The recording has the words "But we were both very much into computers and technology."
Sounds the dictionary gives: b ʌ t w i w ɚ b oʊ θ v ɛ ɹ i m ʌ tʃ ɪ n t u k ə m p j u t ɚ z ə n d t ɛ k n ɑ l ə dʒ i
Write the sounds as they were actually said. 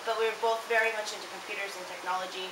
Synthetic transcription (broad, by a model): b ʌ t w i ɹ b oʊ θ v ɛ ɹ i m ʌ tʃ ɪ n t u k ə m p j u t ɚ z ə n t ɛ k n ɑ l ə dʒ i